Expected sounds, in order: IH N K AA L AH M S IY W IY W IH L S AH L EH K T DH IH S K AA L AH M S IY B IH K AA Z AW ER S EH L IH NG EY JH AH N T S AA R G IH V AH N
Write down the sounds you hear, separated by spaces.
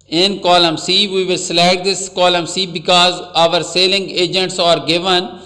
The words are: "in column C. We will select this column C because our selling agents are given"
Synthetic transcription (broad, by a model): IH N K AA L AH M S IY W IY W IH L S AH L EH T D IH S K AA L AH M S IY B IH K AA Z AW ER S EH L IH NG EY JH AH N T S AA R G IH V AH N